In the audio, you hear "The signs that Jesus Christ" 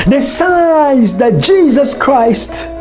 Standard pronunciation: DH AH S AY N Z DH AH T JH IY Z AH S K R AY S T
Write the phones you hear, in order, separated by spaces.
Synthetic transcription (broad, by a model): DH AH S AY Z DH AH T JH IY Z AH S K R AY S T